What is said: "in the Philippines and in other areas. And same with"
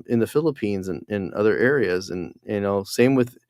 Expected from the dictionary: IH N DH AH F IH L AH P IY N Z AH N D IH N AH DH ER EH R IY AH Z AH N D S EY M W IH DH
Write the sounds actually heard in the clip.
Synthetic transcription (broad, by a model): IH N DH AH F IH L AH P IY N Z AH N IH N AH DH ER EH R IY AH Z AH N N S EY M W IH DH